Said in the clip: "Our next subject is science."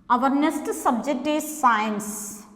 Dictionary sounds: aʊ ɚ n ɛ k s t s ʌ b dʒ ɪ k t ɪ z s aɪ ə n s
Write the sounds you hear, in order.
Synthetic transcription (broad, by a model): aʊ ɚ n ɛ s t s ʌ b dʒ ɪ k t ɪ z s aɪ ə n s